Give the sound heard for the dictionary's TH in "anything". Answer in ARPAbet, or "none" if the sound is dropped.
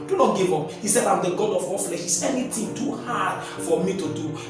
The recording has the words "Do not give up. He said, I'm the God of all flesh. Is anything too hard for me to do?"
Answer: T